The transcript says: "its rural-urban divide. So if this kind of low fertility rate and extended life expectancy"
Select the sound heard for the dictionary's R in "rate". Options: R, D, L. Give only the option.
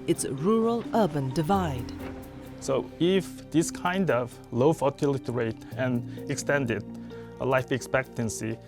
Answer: R